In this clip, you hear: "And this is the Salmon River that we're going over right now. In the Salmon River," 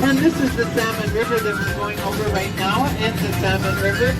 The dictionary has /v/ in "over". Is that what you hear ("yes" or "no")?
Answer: yes